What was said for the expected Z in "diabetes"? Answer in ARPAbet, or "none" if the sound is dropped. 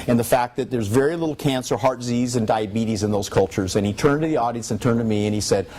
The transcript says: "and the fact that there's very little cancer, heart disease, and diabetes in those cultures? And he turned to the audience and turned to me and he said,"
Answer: Z